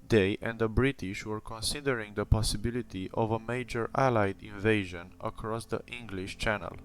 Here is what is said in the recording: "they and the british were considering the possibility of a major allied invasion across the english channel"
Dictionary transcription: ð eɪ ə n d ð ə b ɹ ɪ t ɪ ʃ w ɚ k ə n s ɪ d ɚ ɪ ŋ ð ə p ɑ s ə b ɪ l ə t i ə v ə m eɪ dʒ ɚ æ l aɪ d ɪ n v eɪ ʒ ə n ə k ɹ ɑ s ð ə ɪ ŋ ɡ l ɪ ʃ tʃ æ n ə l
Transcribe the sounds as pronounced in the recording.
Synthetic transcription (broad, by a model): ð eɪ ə n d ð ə b ɹ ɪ t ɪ ʃ w ɚ k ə n s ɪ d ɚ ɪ ŋ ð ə p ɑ s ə b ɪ l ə t i ə v ə m eɪ dʒ ɚ æ l aɪ d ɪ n v eɪ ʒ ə n ə k ɹ ɑ s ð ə ɪ ŋ ɡ l ɪ ʃ tʃ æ n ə l